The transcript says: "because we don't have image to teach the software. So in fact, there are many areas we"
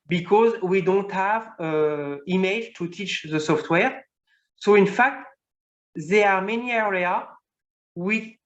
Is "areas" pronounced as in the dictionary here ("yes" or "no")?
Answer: no